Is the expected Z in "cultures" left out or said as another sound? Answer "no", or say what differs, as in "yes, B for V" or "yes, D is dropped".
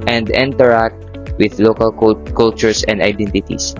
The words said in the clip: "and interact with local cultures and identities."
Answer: yes, S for Z